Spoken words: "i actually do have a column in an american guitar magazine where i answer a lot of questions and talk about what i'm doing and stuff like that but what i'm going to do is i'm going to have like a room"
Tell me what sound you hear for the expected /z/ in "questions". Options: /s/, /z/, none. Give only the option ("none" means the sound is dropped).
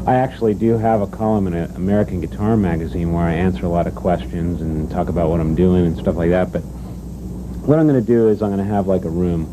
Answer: /z/